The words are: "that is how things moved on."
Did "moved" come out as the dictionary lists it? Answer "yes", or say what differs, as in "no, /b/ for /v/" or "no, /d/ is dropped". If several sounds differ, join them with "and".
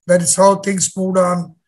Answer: no, /v/ is dropped